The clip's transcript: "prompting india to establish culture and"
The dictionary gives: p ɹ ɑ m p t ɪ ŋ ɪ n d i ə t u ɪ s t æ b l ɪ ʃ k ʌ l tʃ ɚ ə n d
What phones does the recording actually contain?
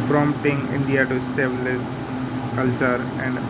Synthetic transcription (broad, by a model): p ɹ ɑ m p t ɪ ŋ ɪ n d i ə t u s t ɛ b l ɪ s k ʌ l tʃ ɚ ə n d